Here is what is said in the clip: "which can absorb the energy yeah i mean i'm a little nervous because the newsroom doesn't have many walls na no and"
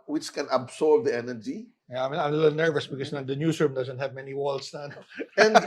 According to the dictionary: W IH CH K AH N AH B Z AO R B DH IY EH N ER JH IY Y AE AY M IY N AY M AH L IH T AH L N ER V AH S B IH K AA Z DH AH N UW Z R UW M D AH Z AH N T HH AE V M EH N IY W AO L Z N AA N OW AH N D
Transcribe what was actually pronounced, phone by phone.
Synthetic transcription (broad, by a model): W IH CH K AH N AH B S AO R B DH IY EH N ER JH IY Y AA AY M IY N AY M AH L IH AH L N ER V AH S B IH K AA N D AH N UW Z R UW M D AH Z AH N T HH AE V M EH N IY W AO L S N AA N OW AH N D